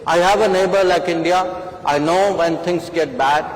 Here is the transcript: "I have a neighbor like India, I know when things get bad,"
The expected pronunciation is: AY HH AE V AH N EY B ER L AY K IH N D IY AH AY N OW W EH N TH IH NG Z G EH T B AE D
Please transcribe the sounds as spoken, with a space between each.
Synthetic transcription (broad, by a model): AY HH AE V AH N EY B ER L AY K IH N D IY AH AY N OW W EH N T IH NG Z G EH T B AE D